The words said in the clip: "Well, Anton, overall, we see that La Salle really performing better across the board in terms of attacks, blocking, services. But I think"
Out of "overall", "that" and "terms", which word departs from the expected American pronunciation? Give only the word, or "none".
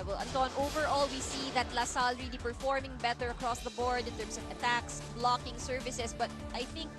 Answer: terms